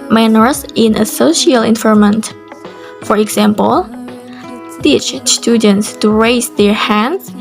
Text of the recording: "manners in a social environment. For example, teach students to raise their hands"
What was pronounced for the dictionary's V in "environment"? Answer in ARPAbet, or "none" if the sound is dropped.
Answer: F